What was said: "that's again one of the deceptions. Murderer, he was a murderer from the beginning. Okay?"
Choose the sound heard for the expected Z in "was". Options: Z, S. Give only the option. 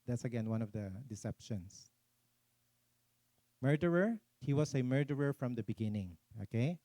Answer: S